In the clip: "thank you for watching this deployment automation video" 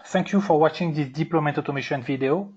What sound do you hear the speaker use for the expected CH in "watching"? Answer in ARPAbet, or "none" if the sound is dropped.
CH